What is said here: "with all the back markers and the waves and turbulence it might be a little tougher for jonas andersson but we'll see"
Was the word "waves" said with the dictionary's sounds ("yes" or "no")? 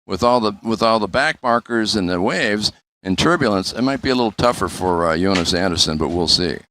yes